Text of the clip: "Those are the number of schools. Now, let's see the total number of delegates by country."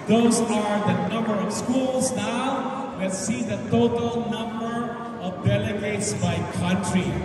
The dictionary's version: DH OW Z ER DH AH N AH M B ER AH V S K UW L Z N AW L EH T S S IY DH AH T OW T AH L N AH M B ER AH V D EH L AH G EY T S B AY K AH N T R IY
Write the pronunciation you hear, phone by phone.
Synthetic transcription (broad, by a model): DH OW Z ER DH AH N AH M B ER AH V S K UW L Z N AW W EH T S S IY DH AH T OW T AH L N AH M B ER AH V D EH L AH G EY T S B AY K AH N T R IY